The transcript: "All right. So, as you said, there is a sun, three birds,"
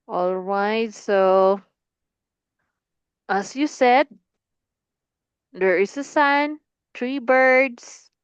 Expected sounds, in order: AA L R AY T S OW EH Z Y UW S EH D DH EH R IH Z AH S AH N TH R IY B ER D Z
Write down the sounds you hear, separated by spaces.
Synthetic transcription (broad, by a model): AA L R AY T S OW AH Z Y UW S EH D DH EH R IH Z AH S AH N T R IY B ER D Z